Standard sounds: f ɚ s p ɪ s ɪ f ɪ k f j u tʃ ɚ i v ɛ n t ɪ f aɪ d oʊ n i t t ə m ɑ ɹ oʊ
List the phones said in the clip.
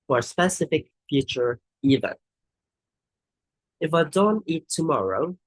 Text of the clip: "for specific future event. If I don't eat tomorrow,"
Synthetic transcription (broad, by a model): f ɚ s p ɪ s ɪ f ɪ k f j u tʃ ɚ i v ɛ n ɪ f aɪ d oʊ n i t t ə m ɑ ɹ oʊ